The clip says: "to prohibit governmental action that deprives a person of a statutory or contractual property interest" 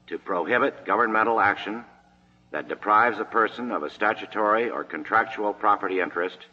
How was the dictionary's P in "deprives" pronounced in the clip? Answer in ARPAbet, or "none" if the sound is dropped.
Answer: P